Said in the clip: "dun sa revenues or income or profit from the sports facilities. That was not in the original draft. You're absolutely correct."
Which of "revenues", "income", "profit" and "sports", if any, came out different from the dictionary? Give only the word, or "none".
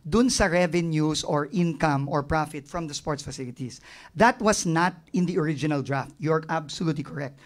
revenues